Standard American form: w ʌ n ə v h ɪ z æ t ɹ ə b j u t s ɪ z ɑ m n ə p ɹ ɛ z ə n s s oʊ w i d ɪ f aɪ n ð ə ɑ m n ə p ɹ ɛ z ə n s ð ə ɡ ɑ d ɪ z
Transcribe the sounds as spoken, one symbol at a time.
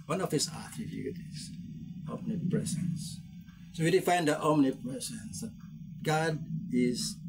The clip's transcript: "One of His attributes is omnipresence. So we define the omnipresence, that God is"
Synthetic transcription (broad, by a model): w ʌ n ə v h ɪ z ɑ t ə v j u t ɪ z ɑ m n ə p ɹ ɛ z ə n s s oʊ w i d ɪ f aɪ n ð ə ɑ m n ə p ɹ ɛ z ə n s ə ɡ ɑ d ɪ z